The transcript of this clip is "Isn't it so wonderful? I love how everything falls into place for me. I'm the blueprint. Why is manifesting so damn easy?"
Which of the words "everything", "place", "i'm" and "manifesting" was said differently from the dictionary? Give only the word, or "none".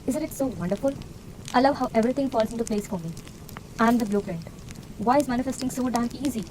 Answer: everything